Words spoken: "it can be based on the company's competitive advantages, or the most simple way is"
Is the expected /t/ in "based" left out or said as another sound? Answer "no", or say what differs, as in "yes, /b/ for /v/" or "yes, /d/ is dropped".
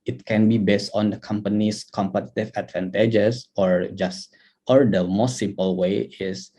no